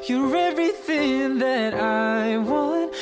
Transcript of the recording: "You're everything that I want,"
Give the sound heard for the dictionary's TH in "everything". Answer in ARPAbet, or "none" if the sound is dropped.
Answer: TH